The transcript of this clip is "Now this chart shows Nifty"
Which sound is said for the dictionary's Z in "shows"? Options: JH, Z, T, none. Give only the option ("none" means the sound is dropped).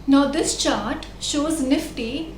Z